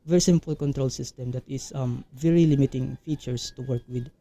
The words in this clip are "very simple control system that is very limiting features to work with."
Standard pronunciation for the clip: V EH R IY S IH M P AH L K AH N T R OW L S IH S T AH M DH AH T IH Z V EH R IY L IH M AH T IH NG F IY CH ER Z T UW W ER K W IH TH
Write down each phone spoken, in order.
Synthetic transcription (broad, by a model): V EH R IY S IH M P AH L K AH N T R OW L S IH S T AH M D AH T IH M V EH R IY L IH M AH T IH NG F IY CH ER S T UW W ER K W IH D